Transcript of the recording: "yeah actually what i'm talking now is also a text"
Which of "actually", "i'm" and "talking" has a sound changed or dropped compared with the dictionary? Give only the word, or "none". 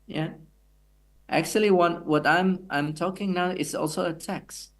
actually